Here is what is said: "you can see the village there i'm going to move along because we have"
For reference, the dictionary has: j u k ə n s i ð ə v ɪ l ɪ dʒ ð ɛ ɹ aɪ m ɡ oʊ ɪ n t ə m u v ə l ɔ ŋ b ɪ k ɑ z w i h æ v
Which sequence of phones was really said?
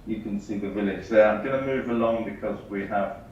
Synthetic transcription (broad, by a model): j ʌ k ə n s i ð ə v ɪ l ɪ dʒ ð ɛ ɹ aɪ m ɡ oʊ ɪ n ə m u v ə l ɔ ŋ b ɪ k ɑ z w i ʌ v